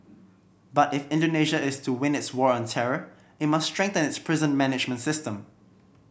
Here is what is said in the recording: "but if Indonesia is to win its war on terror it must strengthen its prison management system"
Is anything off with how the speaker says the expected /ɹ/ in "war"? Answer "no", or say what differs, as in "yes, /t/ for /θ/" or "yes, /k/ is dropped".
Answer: no